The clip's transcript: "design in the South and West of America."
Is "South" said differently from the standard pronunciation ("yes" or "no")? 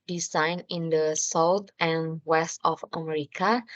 yes